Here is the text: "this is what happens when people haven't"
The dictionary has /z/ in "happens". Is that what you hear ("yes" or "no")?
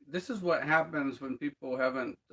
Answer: yes